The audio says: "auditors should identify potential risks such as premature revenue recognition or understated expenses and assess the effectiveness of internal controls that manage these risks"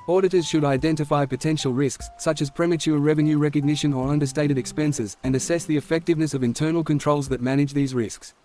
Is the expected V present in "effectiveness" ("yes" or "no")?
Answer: yes